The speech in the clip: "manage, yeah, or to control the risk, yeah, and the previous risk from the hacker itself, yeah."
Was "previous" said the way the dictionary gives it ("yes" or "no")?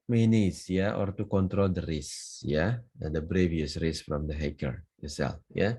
no